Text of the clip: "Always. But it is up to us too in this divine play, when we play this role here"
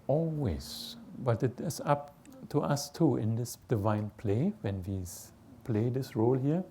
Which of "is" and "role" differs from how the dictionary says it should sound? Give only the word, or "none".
is